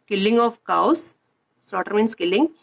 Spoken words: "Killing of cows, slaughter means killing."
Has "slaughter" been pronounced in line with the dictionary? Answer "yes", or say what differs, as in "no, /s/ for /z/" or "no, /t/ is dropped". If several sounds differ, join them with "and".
no, /l/ is dropped